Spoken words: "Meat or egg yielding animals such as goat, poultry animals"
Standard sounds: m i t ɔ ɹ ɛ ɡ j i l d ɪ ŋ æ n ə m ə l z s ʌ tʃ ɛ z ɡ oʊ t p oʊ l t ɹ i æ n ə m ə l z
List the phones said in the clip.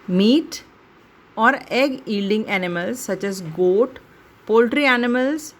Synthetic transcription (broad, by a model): m i t ɔ ɹ ɛ ɡ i l d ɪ ŋ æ n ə m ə l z s ʌ tʃ ɛ z ɡ oʊ t p oʊ l t ɹ i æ n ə m ə l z